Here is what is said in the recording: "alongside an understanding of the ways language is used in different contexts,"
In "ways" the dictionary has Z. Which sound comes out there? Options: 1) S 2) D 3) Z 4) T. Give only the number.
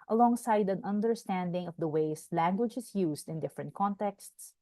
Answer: 1